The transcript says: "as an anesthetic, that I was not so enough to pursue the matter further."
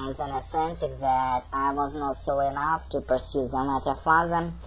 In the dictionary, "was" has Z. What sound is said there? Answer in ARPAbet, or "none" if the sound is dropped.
Z